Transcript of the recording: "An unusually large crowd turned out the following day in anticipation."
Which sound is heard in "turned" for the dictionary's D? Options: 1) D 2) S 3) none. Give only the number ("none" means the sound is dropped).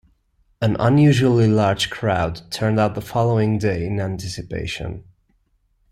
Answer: 1